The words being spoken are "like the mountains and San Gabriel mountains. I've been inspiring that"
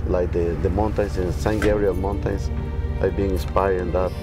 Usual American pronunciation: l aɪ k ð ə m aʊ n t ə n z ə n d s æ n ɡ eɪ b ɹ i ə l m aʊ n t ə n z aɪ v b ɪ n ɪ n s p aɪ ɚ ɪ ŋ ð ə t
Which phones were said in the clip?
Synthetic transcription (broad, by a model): l aɪ k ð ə m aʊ n t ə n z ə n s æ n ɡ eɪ ɹ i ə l m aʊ n t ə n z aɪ b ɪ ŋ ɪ n s p aɪ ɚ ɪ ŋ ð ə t